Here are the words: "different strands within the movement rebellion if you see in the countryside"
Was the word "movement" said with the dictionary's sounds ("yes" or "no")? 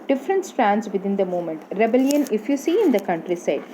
no